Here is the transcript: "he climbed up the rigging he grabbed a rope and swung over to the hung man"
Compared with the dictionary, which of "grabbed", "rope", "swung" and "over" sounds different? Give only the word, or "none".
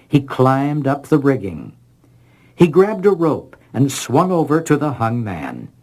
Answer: none